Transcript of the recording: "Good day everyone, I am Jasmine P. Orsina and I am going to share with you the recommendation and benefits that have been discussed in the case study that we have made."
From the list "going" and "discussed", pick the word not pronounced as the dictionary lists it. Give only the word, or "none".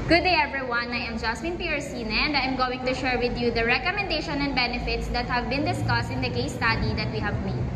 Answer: none